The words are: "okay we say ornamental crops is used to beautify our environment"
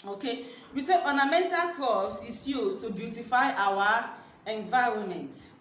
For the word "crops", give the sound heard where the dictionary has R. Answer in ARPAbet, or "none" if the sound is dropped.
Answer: none